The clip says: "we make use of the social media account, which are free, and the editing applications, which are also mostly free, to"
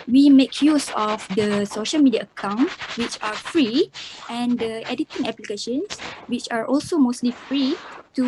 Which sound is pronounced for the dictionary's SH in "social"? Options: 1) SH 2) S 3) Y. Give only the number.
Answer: 1